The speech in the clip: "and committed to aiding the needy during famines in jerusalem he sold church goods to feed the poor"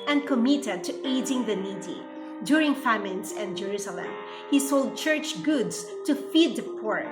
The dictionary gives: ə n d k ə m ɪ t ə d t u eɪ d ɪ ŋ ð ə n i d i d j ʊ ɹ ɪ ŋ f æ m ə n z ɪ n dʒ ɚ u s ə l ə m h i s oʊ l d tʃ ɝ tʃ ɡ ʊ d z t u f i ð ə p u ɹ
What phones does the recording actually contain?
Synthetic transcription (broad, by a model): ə n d k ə m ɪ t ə d t u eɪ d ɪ ŋ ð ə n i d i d j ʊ ɹ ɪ ŋ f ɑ m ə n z ɪ n dʒ ɚ u s ə l ə m h i s oʊ l d tʃ ɝ tʃ ɡ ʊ d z t u f i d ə p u ɹ